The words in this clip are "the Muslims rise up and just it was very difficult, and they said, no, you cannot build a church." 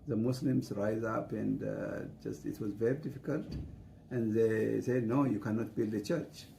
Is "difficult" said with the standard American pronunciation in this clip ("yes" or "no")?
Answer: yes